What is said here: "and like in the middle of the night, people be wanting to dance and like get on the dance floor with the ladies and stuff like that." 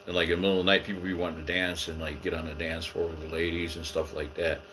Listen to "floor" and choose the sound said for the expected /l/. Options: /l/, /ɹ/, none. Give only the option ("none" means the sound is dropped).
none